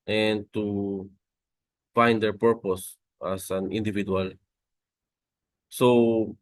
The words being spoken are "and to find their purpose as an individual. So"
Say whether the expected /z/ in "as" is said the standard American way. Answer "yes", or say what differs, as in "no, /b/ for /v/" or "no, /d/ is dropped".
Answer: no, /s/ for /z/